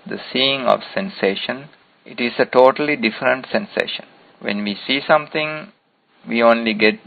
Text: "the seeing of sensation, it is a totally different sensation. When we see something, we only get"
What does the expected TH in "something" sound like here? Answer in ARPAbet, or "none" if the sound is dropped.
T